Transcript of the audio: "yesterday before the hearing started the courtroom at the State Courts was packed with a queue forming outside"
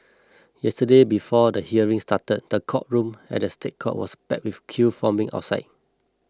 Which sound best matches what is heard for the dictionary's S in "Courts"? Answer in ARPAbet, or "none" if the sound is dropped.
none